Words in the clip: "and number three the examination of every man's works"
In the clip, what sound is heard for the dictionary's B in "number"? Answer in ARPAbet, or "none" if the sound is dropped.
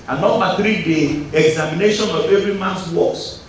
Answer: none